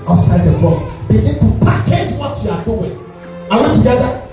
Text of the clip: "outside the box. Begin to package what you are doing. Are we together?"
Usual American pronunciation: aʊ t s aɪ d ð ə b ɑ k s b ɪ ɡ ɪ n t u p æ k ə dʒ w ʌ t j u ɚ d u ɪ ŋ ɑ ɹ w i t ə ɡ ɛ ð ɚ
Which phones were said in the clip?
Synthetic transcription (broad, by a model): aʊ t s aɪ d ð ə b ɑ s b ɪ ɡ ɪ n t u p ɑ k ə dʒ w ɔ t j u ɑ d u ɪ ŋ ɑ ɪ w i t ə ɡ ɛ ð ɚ